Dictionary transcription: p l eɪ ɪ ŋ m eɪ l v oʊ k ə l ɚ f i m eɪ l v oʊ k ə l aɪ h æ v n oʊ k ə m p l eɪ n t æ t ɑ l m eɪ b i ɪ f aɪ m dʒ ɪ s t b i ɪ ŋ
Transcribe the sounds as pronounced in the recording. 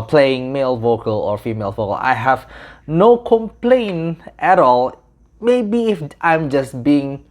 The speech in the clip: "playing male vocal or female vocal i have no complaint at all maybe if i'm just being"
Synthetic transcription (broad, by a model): p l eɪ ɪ ŋ m eɪ l v oʊ k ə l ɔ f i m eɪ l v oʊ k ə l aɪ h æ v n oʊ k ə m p l eɪ n t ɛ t ɑ l m eɪ b i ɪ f aɪ m dʒ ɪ s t b i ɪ ŋ